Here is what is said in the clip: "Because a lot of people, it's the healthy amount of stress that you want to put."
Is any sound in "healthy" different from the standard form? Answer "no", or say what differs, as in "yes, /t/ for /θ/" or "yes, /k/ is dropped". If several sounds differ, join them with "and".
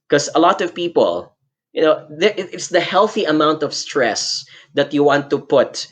no